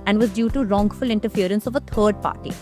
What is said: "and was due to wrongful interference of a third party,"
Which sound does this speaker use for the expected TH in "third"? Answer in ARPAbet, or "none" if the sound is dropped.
T